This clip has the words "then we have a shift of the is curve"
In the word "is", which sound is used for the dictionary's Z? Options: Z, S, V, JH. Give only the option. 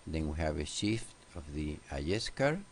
S